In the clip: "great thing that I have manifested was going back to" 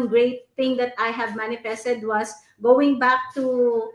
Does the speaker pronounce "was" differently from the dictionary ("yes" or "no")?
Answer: yes